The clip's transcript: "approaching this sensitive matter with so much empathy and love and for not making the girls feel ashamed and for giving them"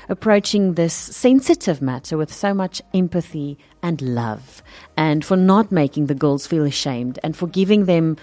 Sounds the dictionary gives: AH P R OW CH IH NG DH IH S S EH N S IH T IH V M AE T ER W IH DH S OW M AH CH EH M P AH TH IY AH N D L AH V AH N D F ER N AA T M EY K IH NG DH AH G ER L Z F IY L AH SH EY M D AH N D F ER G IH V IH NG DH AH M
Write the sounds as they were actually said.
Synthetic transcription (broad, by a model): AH P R OW CH IH NG DH IH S S EH N S IH T IH V M AE T ER W IH DH S OW M AH CH EH M P AH TH IY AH N L AH V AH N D F ER N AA T M EY K IH NG DH AH G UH L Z F IY L AH SH EY M D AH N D F ER G IH V IH NG DH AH M